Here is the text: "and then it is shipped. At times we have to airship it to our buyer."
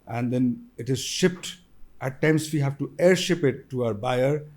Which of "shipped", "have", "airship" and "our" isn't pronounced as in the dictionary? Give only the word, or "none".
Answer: none